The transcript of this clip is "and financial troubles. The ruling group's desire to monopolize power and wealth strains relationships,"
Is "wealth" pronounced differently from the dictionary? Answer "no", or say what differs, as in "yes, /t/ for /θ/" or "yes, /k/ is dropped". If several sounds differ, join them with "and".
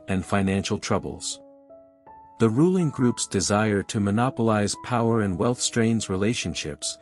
no